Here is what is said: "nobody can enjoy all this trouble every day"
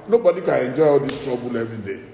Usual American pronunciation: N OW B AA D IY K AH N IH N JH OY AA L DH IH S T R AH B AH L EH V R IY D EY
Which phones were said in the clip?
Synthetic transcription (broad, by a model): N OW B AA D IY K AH IH N JH OY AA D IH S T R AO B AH L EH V IY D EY